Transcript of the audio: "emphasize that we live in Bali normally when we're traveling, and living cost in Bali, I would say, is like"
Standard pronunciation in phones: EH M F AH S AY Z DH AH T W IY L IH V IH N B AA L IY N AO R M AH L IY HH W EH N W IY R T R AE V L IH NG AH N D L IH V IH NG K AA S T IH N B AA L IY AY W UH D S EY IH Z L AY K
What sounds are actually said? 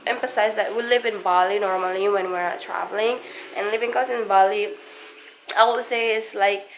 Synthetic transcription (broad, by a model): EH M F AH S AY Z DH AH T W IY L IH V IH N B AA L IY N AO R M AH L IY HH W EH N W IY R T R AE V L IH NG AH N L IH V IH NG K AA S IH N B AA L IY AY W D S EY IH S L AY K